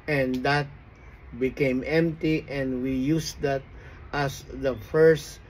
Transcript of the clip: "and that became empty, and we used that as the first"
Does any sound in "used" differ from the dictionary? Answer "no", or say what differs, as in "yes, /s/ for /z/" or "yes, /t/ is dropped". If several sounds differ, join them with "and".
yes, /s/ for /z/